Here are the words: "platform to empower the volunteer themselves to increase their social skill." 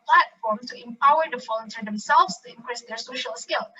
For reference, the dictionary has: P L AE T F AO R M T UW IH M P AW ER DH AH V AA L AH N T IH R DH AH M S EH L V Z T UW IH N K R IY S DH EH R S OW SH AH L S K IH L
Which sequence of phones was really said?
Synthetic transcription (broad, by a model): P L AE T F AO R M T UW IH M P AW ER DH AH F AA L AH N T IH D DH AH M S EH L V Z T UW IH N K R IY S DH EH R S OW SH AH L S K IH L